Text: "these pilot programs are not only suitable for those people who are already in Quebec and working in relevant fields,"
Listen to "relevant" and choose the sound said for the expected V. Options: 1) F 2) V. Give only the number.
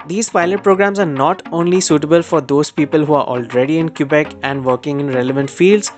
2